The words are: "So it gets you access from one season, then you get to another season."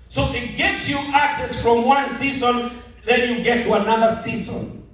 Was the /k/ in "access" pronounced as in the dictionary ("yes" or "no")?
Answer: yes